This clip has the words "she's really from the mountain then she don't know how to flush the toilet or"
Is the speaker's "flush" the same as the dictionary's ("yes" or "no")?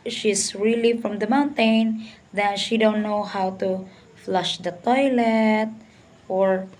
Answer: yes